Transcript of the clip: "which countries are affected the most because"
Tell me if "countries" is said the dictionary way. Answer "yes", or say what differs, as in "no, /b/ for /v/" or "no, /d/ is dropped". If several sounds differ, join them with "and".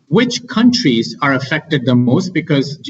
yes